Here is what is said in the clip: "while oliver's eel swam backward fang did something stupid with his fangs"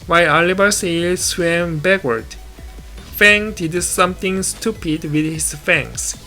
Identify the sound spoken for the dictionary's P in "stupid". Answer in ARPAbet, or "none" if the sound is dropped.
P